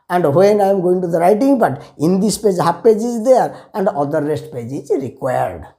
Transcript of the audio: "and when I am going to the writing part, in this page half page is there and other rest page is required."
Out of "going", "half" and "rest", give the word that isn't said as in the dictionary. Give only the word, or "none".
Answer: half